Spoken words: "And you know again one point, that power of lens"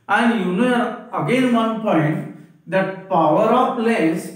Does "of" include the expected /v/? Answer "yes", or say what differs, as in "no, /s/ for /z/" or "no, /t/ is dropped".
no, /p/ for /v/